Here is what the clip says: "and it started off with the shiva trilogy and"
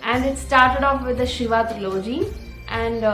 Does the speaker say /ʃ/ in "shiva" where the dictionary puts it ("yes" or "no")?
yes